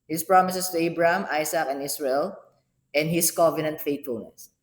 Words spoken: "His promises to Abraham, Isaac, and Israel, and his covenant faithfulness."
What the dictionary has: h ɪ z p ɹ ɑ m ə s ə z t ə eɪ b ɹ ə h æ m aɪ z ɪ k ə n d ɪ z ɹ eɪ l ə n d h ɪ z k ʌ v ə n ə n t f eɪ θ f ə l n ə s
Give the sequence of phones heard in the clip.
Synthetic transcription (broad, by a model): h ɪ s p ɹ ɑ m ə s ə s t ə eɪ b ɹ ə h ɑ m aɪ s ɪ k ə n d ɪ s ɹ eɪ l ə n d h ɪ s k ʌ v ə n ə n t f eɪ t f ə l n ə s